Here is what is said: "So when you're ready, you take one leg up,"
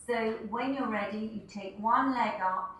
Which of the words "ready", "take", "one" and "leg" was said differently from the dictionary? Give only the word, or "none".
none